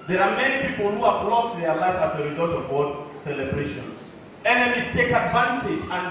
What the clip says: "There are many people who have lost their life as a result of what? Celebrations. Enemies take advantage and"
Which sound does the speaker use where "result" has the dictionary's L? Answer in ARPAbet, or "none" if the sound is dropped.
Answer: L